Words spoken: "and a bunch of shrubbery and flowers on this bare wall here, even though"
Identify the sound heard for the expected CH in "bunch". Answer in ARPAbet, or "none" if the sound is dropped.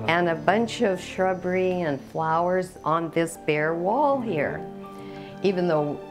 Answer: CH